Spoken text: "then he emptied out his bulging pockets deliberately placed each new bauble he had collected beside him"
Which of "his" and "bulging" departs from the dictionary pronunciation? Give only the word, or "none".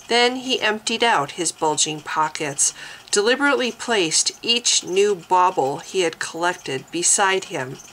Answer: none